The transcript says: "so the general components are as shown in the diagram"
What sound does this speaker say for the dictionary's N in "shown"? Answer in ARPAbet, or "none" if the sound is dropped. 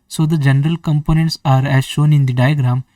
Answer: N